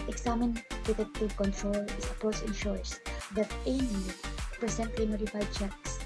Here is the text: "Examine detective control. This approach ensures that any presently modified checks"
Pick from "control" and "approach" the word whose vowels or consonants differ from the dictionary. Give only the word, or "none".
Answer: approach